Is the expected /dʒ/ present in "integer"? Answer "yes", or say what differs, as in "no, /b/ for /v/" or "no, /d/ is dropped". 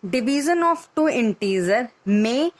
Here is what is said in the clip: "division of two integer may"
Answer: no, /z/ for /dʒ/